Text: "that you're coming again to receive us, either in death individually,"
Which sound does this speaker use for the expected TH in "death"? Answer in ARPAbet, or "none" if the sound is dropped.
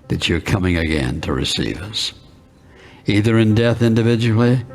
TH